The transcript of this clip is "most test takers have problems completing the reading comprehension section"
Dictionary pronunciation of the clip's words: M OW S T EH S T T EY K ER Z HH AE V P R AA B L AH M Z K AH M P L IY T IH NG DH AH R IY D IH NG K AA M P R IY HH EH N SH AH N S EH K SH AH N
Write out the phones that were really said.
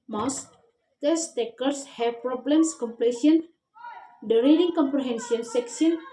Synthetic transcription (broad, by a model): M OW S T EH S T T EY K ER S HH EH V P R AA B L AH M S K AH M P L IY S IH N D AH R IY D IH NG K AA M P R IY HH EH N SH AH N S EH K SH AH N